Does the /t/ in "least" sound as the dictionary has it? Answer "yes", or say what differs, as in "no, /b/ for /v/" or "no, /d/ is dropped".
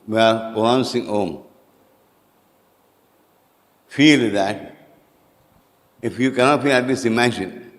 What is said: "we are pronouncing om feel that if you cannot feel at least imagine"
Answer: no, /t/ is dropped